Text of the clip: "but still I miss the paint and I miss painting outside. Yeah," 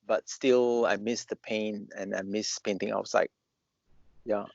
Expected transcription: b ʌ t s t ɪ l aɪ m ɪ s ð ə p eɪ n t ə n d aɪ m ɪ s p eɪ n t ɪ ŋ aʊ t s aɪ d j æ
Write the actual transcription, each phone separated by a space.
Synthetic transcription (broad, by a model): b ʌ t s t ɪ l aɪ m ɪ s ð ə p eɪ n ə n aɪ m ɪ s p eɪ n t ɪ ŋ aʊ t s aɪ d j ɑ